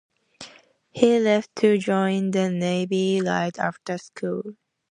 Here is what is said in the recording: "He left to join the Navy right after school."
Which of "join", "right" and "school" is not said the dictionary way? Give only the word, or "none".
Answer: right